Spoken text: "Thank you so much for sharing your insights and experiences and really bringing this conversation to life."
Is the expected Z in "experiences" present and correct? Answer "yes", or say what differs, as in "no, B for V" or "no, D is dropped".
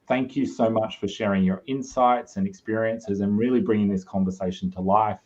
yes